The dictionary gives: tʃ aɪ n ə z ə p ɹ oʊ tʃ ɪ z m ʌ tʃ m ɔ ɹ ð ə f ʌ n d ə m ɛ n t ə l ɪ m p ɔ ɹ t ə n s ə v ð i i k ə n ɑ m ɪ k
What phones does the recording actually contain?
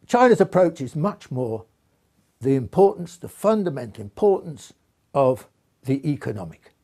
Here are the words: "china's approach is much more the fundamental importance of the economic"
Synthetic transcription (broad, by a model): tʃ aɪ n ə z ə p ɹ oʊ tʃ ɪ z m ʌ tʃ m ɔ ɹ ð ə f ʌ n d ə m ɛ n t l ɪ m p ɔ ɹ t n s ə v ð i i k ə n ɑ m ɪ k